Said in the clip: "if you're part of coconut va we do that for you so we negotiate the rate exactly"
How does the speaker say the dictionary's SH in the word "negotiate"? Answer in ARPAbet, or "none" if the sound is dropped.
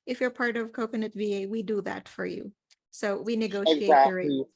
none